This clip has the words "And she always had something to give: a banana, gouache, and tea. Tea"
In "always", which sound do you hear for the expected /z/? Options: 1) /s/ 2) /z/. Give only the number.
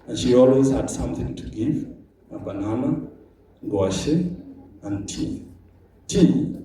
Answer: 2